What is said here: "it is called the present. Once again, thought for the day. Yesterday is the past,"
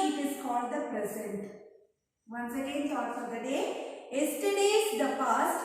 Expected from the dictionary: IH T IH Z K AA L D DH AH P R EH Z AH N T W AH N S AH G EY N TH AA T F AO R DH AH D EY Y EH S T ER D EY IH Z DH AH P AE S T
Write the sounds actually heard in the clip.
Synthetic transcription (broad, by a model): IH T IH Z K AA L D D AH P R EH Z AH N T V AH N S AH G EY N S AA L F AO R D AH D EY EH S T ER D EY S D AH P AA S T